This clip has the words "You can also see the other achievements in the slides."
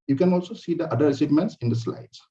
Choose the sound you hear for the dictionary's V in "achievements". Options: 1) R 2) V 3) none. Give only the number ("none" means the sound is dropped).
3